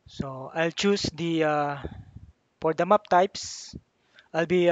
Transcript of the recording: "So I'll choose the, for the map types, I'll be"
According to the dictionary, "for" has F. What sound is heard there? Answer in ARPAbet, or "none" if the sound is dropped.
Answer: P